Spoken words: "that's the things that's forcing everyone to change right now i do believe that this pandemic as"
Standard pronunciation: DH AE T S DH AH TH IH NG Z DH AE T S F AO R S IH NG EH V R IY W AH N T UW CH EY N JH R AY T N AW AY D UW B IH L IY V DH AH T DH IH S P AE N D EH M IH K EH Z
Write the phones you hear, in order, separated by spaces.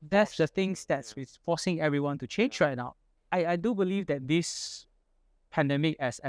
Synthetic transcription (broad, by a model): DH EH T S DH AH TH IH NG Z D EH T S F AO S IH NG EH V R IY W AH N T UW CH EY N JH R AY T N AW AY D UW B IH L IY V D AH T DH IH S P AE N D EH M IH K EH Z